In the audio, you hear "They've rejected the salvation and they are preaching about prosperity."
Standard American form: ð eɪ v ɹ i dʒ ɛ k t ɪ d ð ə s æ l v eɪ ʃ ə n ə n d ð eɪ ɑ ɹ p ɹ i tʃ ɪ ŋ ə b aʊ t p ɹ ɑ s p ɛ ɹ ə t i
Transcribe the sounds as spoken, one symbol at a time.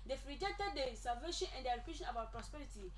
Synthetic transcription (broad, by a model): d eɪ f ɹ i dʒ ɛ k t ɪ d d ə s æ l v eɪ ʃ ə n ə n d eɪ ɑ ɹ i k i ʃ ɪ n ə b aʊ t p ɹ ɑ s p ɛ ɹ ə t i